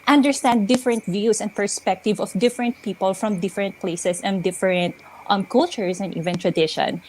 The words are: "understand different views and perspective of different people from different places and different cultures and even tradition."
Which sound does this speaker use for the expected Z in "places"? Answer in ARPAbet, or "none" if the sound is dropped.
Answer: S